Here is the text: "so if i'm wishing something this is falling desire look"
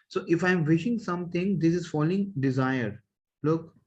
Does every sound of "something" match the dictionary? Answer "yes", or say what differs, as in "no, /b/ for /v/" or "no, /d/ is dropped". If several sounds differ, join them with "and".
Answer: no, /t/ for /θ/